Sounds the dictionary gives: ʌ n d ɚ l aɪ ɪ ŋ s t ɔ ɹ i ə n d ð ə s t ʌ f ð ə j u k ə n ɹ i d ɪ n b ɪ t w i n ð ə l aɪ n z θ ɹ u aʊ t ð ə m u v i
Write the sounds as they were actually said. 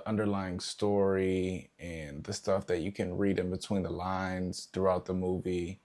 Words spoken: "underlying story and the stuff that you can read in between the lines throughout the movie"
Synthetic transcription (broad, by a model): ʌ n d ɚ l aɪ ɪ ŋ s t ɔ ɹ i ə n ð ə s t ʌ f ð ə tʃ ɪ k ə n ɹ i d ɪ n b ɪ t w i n ð ə l aɪ n z θ ɹ u aʊ t ð ə m u v i